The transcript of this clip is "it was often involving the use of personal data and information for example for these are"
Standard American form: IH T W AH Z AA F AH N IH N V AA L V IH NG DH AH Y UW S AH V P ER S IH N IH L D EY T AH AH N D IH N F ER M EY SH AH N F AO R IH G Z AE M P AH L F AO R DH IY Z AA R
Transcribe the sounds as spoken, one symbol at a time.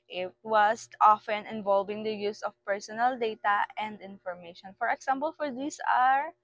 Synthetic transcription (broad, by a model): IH T W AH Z AA F AH N IH N V AA L V IH NG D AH Y UW S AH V P ER S IH N IH L D EY T AH AH N D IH N F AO M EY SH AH N F AO R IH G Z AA M P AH L F AO R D IY S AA R